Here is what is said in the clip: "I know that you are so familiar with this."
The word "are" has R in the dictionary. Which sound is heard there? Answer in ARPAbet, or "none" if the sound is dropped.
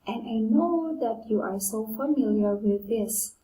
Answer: R